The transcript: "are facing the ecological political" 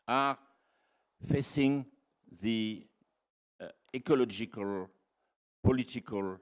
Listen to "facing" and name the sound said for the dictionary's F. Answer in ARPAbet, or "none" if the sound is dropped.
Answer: F